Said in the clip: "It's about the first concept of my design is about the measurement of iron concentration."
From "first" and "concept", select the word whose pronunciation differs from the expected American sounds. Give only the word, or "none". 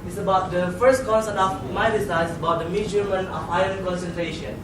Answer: concept